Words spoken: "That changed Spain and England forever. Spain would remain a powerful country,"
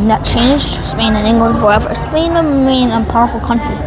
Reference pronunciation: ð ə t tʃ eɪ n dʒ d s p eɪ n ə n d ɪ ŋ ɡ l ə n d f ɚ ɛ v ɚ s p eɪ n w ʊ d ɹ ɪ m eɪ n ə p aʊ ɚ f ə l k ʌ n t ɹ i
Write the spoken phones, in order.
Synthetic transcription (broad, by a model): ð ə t tʃ eɪ n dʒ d s p eɪ n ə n ɪ ŋ ɡ l ə n d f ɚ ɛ v ɚ s p eɪ n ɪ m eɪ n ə p aʊ ɚ f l k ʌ n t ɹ i